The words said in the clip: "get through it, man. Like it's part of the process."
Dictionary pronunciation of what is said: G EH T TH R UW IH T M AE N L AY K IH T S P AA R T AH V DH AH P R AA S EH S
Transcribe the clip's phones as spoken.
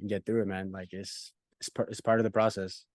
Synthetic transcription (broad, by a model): G EH T TH R UW IH T M AE N L AY K IH T S P AA R T AH V DH AH P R AA S EH S